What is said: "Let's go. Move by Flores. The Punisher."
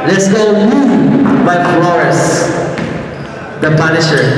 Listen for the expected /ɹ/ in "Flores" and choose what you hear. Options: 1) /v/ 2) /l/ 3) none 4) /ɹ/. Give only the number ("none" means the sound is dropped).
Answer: 3